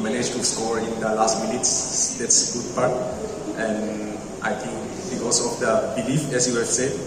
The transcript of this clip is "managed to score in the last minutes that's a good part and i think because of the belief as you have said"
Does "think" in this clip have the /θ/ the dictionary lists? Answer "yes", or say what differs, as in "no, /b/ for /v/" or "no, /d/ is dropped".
no, /t/ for /θ/